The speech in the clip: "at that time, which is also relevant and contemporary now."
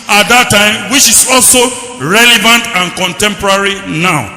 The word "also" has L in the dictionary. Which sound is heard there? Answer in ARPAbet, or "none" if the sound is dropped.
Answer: L